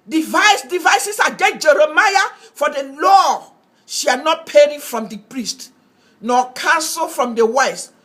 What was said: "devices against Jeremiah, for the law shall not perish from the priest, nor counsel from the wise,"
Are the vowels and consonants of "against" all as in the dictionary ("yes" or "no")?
no